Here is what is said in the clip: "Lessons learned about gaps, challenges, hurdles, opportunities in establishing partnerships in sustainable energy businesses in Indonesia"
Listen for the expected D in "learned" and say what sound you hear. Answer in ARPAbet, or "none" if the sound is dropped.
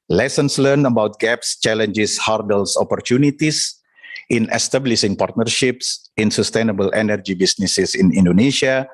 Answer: none